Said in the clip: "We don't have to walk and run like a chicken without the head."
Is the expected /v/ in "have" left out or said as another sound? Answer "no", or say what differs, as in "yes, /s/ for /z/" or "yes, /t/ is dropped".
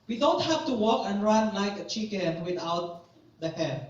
yes, /f/ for /v/